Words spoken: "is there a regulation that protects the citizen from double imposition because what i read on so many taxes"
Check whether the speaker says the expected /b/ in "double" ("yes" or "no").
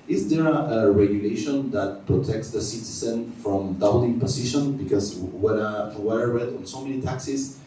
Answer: no